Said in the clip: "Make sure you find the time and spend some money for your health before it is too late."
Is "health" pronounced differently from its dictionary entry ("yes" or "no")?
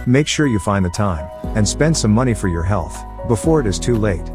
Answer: no